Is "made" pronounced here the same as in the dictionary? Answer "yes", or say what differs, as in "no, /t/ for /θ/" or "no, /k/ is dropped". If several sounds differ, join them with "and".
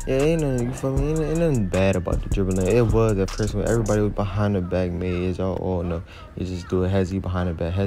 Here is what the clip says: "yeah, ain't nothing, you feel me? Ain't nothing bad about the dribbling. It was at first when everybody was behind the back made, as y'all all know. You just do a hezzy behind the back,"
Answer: no, /d/ is dropped